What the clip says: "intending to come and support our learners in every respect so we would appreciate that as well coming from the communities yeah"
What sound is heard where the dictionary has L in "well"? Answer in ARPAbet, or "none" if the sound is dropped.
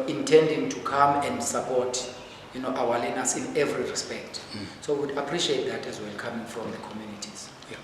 W